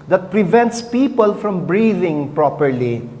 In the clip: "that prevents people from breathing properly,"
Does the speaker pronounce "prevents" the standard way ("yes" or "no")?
yes